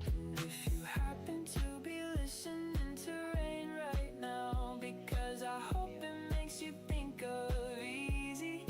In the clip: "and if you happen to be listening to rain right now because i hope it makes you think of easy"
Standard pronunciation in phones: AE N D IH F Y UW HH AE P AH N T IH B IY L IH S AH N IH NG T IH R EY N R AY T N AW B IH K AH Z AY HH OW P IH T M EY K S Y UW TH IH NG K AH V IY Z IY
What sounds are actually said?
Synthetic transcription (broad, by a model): IH F Y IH HH AE P AH N T IH B IY L IH S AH N IH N T IH R EY N R AY T N AW B IH K AH Z AY HH OW P IH T M EY K S Y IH TH IH NG K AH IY IY Z IY